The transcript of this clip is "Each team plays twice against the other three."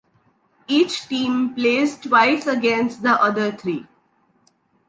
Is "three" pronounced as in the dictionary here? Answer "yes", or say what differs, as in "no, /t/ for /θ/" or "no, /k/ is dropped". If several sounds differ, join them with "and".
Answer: no, /t/ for /θ/